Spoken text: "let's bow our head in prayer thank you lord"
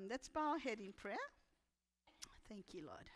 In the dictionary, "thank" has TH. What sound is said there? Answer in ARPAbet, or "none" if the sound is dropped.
TH